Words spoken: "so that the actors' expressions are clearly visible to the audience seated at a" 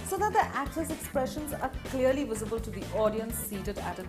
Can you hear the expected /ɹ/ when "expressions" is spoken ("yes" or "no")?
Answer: yes